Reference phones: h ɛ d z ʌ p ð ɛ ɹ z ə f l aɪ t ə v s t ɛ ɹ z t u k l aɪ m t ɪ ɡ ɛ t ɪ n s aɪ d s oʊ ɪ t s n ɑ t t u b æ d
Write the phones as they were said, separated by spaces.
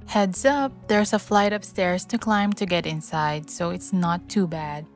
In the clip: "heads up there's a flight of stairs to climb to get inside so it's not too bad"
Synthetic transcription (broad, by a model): h ɛ d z ʌ p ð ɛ ɹ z ə f l aɪ t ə p s t ɛ ɹ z t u k l aɪ m t ɪ ɡ ɛ t ɪ n s aɪ d s oʊ ɪ t s n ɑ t t u b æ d